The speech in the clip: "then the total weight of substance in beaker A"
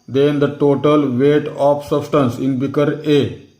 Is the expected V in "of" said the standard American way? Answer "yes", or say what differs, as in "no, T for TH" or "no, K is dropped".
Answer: no, P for V